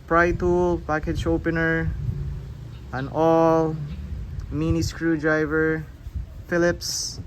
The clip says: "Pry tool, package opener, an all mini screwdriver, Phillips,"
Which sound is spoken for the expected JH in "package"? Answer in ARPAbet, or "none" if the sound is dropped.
CH